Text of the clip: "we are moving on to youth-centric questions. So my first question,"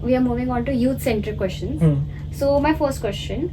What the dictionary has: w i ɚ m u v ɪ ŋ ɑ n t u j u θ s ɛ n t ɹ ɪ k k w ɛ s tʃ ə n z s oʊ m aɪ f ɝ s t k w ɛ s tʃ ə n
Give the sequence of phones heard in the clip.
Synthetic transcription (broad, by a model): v i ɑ m u v ɪ ŋ ɑ n t u j u t s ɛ n t ɪ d k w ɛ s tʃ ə n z s oʊ m aɪ f ɝ s t k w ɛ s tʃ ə n